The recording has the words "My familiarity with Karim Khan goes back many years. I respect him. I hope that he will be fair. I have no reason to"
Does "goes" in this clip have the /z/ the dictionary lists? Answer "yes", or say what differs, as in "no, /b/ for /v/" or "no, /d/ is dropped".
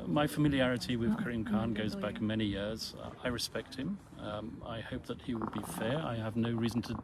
yes